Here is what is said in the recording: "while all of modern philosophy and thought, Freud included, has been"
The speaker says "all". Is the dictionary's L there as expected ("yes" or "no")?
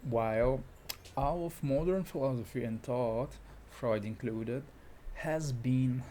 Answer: no